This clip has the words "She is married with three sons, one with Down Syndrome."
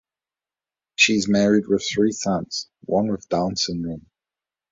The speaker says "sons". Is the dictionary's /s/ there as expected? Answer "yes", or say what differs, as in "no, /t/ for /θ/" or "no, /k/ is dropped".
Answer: no, /θ/ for /s/